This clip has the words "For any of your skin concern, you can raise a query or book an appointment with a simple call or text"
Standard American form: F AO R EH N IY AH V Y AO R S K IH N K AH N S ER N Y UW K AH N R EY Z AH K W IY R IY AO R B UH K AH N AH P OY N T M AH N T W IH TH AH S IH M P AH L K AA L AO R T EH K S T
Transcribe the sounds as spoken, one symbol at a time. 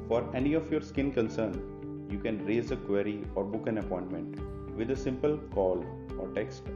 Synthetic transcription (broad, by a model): F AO R EH N IY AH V Y AO R S K IH N K AH N S ER N Y UW K AH N R EY Z AH K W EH R IY AO R B UH K AH N AH P OY N T M AH N T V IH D AH S IH M P AH L K AA L AO R T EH K S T